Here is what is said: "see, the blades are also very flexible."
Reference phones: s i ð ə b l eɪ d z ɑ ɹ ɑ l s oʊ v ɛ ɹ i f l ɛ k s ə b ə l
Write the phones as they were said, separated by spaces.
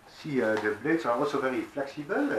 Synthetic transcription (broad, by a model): s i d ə b l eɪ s ɑ ɹ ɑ s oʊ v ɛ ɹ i f l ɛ k s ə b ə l